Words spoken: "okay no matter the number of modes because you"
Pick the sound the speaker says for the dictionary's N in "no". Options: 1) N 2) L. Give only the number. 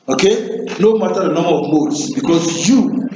1